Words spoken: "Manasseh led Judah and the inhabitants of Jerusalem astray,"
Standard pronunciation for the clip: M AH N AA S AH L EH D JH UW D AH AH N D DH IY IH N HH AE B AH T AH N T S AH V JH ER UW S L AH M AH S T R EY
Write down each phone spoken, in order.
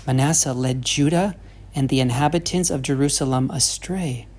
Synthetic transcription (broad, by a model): M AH N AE S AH L EH D JH UW D AH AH N DH IY IH N HH AE B AH T AH N T S AH V JH ER UW S L AH M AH S T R EY